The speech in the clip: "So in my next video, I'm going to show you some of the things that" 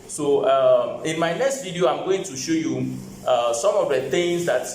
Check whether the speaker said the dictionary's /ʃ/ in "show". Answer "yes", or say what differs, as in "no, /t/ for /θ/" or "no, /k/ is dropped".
yes